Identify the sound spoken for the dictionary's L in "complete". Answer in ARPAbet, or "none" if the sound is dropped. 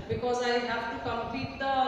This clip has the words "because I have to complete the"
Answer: none